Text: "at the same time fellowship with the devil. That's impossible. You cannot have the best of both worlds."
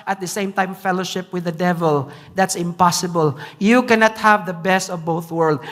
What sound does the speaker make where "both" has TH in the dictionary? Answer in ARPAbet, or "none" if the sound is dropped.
TH